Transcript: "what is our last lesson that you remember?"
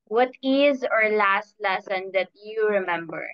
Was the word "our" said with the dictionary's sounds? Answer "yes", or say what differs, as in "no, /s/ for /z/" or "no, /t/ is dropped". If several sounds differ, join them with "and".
yes